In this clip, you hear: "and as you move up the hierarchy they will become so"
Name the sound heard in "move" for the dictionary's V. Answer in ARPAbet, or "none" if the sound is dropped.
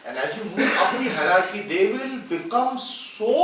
none